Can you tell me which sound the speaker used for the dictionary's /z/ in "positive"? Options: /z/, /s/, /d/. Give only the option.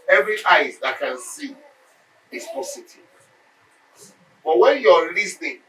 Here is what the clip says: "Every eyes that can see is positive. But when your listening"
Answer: /s/